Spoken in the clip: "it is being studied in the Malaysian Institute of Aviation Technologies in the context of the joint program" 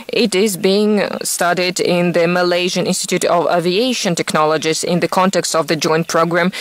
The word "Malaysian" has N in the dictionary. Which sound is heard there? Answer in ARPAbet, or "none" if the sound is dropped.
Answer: N